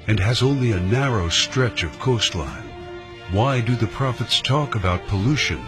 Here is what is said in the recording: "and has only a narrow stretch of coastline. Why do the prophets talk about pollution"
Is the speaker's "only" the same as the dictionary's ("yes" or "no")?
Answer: yes